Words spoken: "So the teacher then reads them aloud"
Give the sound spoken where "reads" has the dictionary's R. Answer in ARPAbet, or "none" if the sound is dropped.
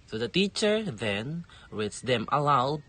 W